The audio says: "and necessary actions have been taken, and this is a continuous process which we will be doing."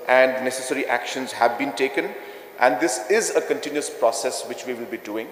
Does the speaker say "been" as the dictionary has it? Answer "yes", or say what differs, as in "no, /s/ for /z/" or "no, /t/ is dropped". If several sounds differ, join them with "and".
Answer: yes